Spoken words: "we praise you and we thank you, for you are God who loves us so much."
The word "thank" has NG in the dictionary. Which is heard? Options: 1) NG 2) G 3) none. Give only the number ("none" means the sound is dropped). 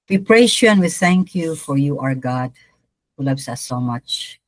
1